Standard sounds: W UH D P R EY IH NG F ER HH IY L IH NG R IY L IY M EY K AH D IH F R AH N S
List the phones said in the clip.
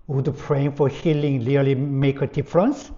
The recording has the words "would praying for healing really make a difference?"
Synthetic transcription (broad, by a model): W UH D P R EY IH NG F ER HH IY L IH NG L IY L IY M EY K AH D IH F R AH N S